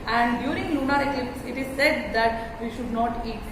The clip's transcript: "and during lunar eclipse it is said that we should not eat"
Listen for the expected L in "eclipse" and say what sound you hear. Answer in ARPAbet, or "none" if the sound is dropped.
none